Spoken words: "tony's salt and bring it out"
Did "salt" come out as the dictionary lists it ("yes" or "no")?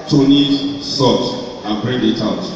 no